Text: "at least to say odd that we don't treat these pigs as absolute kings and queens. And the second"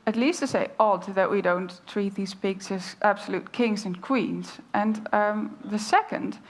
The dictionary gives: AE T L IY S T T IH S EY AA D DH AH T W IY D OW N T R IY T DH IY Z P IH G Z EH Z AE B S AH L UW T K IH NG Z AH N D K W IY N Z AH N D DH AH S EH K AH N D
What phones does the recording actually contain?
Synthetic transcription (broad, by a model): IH T L IY S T T IH S EY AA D DH AH T W IY D OW N T R IY T DH IY Z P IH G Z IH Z AE B S AH L UW T K IH NG Z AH N K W IY N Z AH N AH DH AH S EH K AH N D